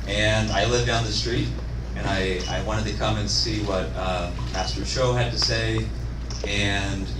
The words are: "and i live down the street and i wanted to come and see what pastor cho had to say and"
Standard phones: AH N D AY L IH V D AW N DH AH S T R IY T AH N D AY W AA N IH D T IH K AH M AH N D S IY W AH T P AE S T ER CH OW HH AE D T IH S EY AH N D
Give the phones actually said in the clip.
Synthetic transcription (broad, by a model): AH N AY L IH V D AW N DH AH S T R IY T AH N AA AY W AA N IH D T IH K AH M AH N S IY W AH T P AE S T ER SH OW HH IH D T IH S EY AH N